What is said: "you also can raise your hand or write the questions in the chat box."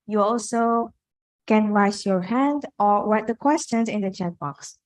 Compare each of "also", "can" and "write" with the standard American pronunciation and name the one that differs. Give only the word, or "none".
write